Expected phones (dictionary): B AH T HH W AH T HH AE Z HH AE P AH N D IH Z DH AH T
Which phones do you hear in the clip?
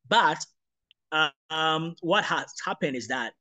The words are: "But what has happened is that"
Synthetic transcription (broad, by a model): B AH T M W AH T HH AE S HH AE P AH N D IH Z DH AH T